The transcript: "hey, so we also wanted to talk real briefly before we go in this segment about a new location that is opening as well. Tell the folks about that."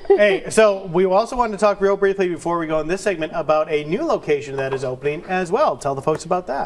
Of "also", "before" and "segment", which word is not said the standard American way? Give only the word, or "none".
none